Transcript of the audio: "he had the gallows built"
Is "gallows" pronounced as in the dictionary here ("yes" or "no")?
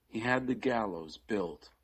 yes